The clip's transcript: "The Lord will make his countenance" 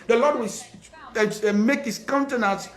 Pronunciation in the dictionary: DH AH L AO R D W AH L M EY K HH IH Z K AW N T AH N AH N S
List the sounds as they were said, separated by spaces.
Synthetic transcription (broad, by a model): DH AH L AO D W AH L M EY K HH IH S K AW N T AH N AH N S